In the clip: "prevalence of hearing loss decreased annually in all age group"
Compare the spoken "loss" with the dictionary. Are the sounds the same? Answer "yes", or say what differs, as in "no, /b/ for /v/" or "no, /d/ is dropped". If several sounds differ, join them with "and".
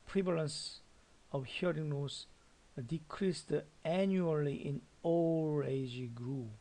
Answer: no, /n/ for /l/